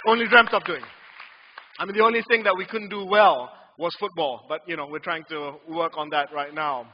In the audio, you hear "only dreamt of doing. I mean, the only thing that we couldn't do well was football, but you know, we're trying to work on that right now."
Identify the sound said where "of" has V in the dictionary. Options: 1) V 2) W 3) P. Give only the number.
3